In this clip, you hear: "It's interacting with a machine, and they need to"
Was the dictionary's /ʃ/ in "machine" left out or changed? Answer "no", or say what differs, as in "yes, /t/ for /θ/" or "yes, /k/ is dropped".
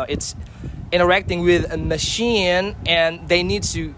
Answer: no